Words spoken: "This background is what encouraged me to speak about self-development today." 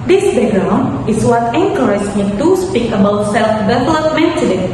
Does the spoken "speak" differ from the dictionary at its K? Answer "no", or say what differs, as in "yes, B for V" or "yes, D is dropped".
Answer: no